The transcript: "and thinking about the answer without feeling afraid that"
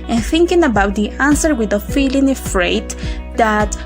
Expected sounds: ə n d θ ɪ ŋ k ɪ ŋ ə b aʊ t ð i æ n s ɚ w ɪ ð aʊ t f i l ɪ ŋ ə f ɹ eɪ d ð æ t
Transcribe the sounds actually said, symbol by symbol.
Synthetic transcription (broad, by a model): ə n θ ɪ ŋ k ɪ ŋ ə b aʊ t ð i æ n s ɚ w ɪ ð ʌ f i l ɪ ŋ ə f ɹ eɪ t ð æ t